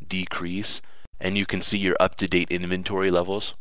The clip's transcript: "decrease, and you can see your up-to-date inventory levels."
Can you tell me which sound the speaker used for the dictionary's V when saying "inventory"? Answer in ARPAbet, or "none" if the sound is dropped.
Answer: V